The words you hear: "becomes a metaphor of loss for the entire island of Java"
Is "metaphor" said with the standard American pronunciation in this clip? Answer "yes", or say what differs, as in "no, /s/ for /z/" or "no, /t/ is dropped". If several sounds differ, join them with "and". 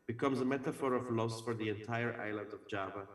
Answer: yes